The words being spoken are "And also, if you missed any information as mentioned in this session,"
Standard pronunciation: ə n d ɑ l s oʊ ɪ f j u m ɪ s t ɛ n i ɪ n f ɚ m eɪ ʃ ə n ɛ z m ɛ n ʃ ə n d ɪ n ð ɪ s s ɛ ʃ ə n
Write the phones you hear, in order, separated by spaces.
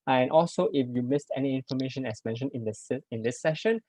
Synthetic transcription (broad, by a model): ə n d ɑ l s oʊ ɪ f j u m ɪ s t ɛ n i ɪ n f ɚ m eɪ ʃ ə n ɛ s m ɛ n ʃ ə n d ɪ n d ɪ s s ɛ ʃ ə n